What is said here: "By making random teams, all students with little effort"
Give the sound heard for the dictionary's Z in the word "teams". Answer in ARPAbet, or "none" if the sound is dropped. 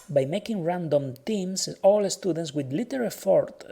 S